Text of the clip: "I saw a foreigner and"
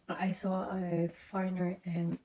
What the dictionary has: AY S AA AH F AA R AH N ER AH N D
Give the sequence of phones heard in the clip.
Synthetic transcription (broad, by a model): AY S AA AH F AA AH N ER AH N